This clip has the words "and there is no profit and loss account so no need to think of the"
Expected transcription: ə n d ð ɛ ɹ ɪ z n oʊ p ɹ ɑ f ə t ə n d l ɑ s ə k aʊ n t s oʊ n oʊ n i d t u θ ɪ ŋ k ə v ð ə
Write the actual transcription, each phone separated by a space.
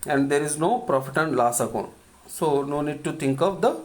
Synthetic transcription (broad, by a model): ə n d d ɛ ɹ ɪ z n oʊ p ɹ ɑ f ə t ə n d l ɑ s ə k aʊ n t s oʊ n oʊ n i d t u t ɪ ŋ k ə v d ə